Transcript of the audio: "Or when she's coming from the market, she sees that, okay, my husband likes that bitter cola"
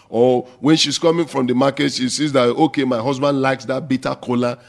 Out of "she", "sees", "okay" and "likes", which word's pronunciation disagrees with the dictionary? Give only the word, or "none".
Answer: none